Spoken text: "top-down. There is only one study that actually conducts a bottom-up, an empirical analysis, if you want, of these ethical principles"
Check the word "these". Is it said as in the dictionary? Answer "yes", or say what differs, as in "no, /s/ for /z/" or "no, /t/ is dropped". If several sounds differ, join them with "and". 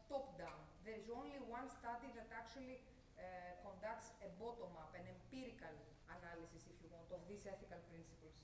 no, /s/ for /z/